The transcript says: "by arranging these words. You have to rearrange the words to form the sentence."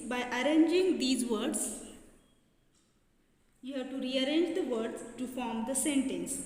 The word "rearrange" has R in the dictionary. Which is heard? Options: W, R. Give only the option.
R